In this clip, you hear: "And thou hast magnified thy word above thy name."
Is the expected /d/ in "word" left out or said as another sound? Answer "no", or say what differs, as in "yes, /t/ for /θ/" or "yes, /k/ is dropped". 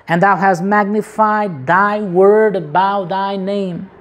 no